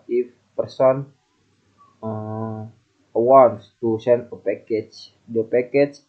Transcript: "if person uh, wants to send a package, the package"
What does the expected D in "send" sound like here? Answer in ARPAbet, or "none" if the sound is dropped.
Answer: none